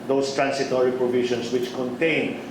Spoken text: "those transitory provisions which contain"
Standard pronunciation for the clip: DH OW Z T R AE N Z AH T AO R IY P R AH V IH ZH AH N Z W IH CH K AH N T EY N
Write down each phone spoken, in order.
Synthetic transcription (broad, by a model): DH OW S T R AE N S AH T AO R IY P R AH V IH SH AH N S W IH CH K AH N T EY N